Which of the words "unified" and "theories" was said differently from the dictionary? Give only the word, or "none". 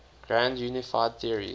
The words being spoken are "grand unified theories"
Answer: theories